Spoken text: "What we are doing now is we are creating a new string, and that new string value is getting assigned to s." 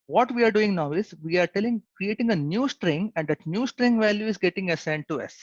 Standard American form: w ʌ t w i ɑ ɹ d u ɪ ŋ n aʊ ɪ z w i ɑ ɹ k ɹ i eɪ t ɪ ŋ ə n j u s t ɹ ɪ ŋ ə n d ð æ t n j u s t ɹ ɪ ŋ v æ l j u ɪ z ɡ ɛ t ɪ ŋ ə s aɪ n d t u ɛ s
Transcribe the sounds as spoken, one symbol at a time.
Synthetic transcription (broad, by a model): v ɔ t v i ɑ ɹ d u ɪ ŋ n aʊ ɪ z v i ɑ ɹ k ɹ i eɪ t ɪ ŋ ə n j u s t ɹ ɪ ŋ ə n d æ t n j u s t ɹ ɪ ŋ v æ l j u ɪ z ɡ ɛ t ɪ ŋ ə s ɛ n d t u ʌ s